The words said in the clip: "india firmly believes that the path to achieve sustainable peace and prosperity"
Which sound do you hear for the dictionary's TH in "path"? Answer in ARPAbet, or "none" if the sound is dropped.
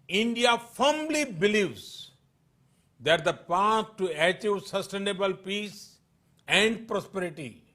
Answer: S